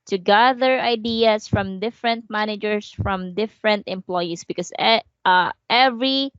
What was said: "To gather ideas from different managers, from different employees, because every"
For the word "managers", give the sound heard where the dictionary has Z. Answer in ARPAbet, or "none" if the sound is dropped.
S